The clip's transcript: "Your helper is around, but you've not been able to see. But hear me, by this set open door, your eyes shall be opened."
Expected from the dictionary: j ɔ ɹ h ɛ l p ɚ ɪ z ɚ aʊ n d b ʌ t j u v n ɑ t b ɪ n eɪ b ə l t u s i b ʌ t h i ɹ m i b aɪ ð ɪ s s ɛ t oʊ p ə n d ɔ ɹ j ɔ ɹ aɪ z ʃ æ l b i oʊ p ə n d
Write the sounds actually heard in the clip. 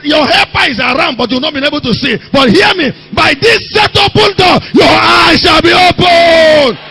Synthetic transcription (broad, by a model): j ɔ h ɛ p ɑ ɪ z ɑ aʊ n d b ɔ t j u w n ɑ t b ɪ n eɪ b ə l t u s i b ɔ t h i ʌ m i b aɪ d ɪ s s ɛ t oʊ p ə n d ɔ j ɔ aɪ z ʃ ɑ l b i oʊ p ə n